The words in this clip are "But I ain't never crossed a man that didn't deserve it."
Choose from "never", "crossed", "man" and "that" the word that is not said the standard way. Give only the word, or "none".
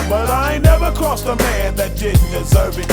crossed